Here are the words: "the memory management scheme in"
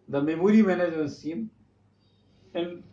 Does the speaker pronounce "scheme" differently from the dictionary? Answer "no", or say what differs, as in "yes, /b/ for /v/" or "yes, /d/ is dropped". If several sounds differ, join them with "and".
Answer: yes, /k/ is dropped